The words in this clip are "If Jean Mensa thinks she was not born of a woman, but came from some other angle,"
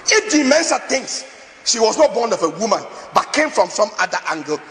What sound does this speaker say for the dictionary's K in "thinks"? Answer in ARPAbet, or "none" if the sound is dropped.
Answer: none